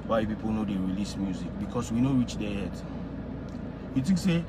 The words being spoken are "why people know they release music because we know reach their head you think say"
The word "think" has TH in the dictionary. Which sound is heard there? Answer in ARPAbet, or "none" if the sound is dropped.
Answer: T